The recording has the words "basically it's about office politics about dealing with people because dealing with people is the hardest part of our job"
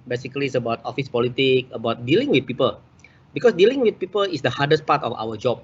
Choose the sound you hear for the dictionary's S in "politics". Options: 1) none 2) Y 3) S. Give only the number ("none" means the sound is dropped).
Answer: 1